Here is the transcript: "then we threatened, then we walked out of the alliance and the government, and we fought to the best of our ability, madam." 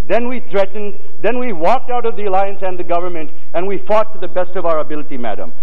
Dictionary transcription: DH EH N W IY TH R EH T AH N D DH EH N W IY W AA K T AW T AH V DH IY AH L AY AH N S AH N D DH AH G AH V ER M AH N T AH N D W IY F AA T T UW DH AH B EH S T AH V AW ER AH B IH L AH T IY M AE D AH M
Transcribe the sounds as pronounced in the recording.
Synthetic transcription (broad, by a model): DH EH N W IY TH R EH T N D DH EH N W IY W AA K T AW T AH V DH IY AH L AY AH N S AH N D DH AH G AH V ER M AH N T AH N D W IY F AA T T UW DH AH B EH S T AH V AW ER AH B IH L AH T IY M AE D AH M